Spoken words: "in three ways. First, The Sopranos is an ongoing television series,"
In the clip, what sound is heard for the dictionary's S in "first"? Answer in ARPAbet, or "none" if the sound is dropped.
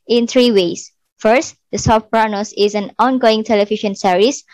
S